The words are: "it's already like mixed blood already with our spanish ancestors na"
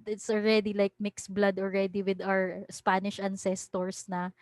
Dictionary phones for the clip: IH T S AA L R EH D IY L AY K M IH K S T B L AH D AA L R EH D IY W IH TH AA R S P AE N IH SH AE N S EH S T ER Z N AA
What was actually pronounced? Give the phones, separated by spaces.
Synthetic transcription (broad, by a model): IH T S AA L R EH D IY L AY K M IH K S B L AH D AA L R EH D IY W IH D AA R S P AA N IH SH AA N S EH S T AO S N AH